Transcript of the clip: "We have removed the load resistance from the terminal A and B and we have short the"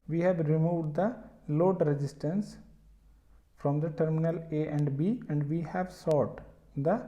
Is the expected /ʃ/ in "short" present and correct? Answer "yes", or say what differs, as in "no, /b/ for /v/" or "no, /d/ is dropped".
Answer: no, /s/ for /ʃ/